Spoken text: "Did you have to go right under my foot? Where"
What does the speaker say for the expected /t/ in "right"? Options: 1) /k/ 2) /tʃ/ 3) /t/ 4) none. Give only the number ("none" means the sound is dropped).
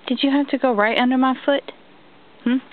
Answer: 3